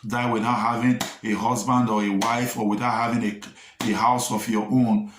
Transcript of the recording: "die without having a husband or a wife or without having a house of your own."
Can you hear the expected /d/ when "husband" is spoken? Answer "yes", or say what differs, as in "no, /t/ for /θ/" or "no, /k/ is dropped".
yes